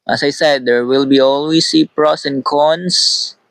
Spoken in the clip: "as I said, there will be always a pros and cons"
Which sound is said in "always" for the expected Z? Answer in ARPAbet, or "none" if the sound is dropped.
S